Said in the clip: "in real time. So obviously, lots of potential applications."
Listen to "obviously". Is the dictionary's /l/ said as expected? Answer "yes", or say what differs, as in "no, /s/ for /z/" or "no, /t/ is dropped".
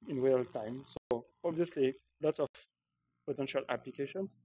yes